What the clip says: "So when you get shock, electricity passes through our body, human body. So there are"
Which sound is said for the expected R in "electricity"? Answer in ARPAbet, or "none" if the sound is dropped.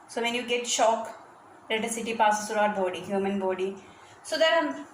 none